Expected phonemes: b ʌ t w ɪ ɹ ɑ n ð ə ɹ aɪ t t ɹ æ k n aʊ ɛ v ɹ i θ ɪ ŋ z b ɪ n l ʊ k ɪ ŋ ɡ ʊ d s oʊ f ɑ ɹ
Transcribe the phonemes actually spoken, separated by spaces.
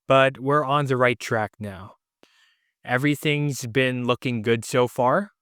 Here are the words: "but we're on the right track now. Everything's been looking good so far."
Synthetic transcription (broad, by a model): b ʌ t w ɪ ɹ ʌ n ð ə ɹ aɪ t t ɹ æ k n aʊ ɛ v ɹ i θ ɪ ŋ z b ɪ n l ʊ k ɪ ŋ ɡ ʊ d s oʊ f ɑ ɹ